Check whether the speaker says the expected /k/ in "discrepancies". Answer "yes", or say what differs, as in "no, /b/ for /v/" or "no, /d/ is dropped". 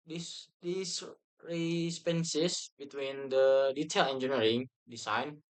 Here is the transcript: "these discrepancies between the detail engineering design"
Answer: no, /k/ is dropped